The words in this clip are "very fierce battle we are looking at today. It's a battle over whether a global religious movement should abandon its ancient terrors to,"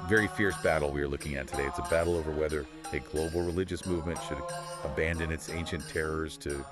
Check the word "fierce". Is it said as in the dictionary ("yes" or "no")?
yes